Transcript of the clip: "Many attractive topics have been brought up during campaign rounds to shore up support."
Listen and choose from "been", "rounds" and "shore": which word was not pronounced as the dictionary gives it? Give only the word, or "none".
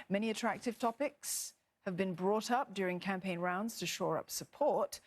none